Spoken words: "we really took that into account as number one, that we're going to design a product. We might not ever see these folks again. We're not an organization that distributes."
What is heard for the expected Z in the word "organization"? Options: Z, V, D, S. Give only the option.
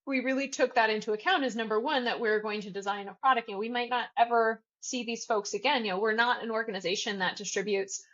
Z